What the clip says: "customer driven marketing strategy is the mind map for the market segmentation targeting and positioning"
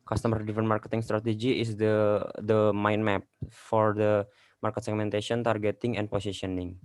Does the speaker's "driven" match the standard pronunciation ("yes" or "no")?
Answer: no